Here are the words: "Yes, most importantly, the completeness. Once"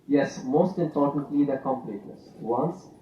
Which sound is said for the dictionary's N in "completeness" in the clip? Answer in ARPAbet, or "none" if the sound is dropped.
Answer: none